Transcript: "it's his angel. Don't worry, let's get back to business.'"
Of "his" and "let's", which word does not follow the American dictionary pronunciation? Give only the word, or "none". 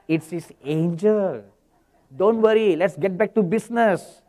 his